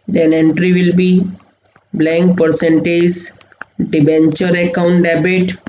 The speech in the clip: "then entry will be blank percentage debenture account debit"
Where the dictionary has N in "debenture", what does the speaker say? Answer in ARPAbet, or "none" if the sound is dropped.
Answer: N